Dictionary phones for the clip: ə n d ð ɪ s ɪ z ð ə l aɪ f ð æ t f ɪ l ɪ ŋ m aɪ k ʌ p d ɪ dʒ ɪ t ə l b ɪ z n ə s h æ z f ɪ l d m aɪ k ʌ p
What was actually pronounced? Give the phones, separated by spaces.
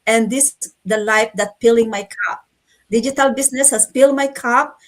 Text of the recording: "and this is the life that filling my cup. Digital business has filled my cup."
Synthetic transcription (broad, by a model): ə n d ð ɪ s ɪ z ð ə l aɪ f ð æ t p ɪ l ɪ ŋ m aɪ k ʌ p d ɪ dʒ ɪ t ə l b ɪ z n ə s h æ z p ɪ l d m aɪ k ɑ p